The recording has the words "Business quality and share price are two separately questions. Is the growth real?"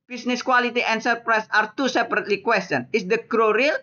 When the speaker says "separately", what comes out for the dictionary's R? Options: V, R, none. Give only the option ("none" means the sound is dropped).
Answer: R